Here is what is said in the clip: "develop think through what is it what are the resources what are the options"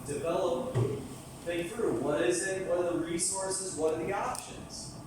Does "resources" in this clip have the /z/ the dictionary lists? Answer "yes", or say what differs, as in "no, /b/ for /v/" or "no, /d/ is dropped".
yes